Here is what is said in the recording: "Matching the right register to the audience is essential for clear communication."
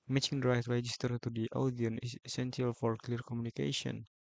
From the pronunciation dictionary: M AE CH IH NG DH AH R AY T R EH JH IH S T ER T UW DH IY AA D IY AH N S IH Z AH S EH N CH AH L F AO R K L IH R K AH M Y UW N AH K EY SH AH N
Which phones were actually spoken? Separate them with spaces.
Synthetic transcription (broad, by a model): M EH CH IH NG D R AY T R EH JH IH S T ER T UW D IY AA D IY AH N IH S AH S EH N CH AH L F AO R K L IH R K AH M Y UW N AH K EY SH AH N